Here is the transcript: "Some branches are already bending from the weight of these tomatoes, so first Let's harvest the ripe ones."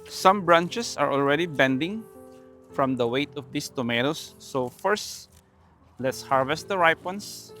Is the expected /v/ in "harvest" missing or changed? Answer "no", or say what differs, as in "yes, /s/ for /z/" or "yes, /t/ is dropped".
no